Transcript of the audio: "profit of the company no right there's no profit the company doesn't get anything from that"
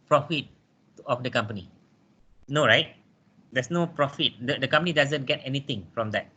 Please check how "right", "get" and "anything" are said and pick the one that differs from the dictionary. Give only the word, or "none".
anything